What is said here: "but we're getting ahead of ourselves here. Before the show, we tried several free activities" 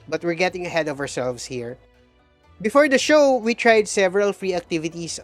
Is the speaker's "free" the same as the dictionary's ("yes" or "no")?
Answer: yes